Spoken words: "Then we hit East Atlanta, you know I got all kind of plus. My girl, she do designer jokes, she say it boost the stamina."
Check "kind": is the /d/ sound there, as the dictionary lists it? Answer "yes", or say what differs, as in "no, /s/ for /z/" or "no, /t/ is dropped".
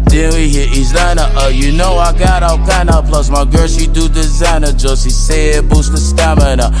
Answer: no, /d/ is dropped